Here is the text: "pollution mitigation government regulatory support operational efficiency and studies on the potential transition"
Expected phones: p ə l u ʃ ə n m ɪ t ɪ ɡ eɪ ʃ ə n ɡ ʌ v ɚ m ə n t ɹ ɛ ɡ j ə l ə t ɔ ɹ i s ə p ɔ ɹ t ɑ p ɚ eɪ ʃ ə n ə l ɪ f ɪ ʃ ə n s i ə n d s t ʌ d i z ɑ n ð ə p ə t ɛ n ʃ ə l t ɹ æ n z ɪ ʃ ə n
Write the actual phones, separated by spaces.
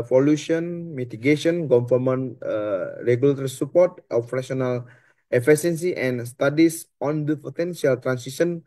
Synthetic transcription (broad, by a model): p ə l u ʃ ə n m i t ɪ ɡ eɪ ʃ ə n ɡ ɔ f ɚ m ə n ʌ ɹ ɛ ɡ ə l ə t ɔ ɹ i s ə p ɔ ɹ t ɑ f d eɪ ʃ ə n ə l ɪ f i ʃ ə n s i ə n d s t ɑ d i s ɑ n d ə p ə t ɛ n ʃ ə l t ɹ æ n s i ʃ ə n